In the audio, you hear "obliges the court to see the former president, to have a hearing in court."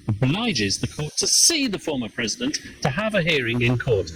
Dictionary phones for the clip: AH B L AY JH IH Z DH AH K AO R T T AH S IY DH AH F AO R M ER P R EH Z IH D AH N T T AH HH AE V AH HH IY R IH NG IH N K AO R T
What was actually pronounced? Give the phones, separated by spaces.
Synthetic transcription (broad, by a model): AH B L AY JH IH Z DH AH K AO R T T AH S IY DH AH F AO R M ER P R EH Z IH D AH N T T AH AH V AH HH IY R IH NG IH N K AO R T